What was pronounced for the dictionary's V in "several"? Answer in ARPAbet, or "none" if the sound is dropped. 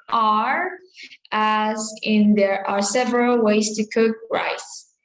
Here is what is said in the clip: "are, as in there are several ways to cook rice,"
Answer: V